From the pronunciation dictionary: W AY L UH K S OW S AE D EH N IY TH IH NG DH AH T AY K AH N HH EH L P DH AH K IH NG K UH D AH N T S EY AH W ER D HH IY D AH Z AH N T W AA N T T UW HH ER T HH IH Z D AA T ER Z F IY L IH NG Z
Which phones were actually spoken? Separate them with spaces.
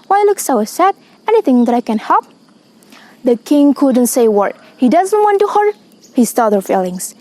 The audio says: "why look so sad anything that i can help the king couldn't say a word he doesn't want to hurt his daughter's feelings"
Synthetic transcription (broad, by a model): W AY L UH K S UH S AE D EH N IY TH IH NG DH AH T AY K AH N HH EH L P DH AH K IH NG K UH D AH N T S EY AH W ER HH IY D AH Z AH N T W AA N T T UW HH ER HH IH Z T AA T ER F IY L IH NG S